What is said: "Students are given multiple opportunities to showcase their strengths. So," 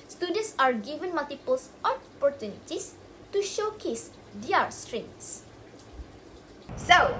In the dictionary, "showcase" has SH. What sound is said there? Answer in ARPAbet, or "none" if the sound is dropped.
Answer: SH